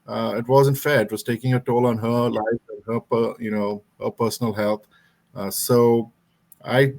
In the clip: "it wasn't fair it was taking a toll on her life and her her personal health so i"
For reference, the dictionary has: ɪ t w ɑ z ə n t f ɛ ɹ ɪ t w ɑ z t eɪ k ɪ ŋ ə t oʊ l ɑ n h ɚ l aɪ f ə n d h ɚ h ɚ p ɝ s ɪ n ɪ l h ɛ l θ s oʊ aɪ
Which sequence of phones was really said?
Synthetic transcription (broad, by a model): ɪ t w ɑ z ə n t f ɛ ɹ ɪ t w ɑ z t eɪ k ɪ ŋ ə t oʊ l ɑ n h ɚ l aɪ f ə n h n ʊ h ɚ p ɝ s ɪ n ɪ l h ɛ l t s oʊ aɪ